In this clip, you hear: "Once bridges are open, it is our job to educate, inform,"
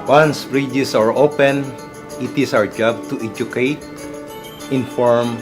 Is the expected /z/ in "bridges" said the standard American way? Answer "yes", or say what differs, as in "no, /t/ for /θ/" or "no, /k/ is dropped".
no, /s/ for /z/